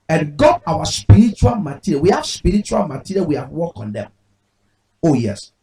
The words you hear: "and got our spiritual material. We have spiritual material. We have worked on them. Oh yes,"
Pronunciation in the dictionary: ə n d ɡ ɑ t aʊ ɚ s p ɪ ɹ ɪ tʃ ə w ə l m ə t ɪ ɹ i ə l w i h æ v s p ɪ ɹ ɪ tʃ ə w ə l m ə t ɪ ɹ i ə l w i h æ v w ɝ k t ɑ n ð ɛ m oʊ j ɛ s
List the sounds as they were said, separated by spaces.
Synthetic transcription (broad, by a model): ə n ɡ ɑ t aʊ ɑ s p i ɹ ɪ tʃ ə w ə l m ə t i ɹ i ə w i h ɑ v s p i ɹ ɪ tʃ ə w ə l m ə t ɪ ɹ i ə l w i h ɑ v w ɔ k ɑ n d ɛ m oʊ j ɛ s